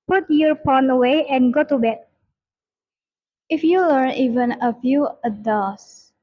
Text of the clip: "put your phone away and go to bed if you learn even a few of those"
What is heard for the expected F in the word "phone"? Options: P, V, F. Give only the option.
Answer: P